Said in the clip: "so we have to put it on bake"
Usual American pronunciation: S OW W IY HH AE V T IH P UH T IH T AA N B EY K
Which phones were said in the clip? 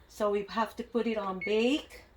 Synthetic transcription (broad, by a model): S OW W IY HH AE F T IH P UH T IH T N B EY K